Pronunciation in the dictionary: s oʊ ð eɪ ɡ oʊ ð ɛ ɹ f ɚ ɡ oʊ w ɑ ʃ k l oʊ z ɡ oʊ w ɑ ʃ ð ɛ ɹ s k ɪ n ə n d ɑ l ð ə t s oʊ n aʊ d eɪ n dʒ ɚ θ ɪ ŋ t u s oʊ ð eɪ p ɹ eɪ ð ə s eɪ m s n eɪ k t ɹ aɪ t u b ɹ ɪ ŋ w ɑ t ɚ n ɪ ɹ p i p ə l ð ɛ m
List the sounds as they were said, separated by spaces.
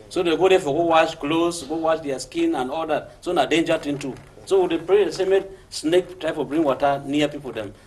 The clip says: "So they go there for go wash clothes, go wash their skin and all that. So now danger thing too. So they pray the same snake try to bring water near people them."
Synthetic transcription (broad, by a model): s oʊ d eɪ ɡ oʊ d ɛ f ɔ ɡ oʊ w ɑ ʃ k l oʊ s ɡ oʊ w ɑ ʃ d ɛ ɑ s k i n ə n ɑ l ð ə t s oʊ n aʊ d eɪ n dʒ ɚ t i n t u s oʊ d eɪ p ɹ eɪ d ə s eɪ m s n eɪ k t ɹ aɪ t u b ɹ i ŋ w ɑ t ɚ n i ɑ p i p ə l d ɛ m